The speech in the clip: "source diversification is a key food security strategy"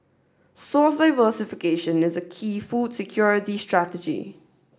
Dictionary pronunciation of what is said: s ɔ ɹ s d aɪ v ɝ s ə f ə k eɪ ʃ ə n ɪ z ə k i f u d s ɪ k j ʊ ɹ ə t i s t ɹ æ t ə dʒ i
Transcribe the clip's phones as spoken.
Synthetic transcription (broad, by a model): s ɔ s d aɪ v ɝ s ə f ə k eɪ ʃ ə n ɪ z ə k i f u d s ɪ k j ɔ ɹ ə t i s t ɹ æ t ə dʒ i